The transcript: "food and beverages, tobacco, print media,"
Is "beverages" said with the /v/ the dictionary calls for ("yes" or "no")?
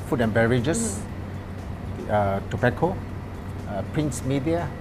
no